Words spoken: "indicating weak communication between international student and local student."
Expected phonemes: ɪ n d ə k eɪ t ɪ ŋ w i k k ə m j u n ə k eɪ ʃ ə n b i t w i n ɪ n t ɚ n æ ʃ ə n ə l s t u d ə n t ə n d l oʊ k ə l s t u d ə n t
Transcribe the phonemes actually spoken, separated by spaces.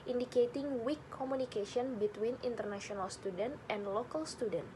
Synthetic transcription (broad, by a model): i n d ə k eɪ t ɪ ŋ w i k k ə m u n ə k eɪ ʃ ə n b i t w i n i n t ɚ n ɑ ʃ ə n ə l s t u d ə n t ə n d l oʊ k ə l s t u d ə n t